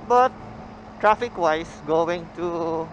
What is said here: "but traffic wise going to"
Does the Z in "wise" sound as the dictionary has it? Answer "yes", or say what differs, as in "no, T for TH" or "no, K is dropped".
no, S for Z